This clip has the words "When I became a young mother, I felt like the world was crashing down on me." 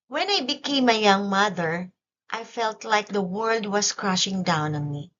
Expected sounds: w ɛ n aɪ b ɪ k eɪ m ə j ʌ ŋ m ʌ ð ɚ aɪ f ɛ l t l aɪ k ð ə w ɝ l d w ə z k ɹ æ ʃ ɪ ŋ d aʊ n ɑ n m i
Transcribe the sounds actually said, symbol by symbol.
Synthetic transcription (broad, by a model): w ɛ n aɪ b ɪ k eɪ m ə j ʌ ŋ m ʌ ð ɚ aɪ f ɛ l t l aɪ k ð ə w ɝ l d w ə s k ɹ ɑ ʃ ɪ ŋ d aʊ n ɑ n m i